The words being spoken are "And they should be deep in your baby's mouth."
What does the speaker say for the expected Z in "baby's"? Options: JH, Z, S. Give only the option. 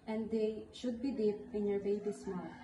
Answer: S